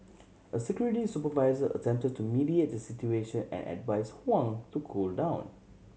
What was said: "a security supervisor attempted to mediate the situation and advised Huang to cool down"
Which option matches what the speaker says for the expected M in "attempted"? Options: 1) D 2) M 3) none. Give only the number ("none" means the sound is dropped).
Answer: 2